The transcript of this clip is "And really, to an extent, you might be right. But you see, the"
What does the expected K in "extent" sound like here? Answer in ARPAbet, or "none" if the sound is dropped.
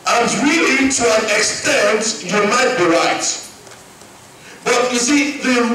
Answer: K